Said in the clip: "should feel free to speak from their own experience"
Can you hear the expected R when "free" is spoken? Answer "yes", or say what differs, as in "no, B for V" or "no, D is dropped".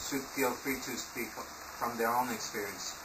no, R is dropped